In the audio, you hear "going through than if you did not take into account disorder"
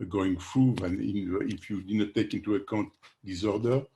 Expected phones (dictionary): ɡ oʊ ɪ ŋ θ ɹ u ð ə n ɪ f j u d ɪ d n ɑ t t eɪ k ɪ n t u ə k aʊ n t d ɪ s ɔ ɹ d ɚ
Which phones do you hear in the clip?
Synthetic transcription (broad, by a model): ɡ oʊ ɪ ŋ f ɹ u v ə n ɪ f j u d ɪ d n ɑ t t eɪ k ɪ n t u ə k aʊ n t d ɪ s ɔ ɹ d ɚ